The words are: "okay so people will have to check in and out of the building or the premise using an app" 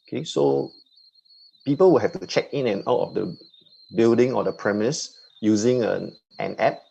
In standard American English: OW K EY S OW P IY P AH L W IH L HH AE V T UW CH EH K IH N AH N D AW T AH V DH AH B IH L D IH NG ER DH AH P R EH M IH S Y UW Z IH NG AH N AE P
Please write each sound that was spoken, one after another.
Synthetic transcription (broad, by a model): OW K EY S OW P IY P AH L W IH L HH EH F T UW CH EH K IH N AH N AW T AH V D AH B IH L D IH NG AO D AH P R EH M IH S Y UW Z IH NG AH N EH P